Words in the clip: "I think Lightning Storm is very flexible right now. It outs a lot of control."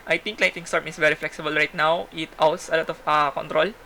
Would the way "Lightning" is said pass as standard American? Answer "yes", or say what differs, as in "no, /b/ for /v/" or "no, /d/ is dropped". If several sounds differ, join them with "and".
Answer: no, /n/ is dropped